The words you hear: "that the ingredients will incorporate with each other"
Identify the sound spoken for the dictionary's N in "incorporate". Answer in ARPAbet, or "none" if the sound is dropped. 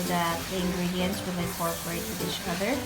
none